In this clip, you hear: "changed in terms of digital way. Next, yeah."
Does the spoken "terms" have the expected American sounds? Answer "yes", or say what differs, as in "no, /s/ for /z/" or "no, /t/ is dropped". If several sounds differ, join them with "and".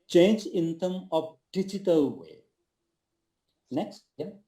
no, /z/ is dropped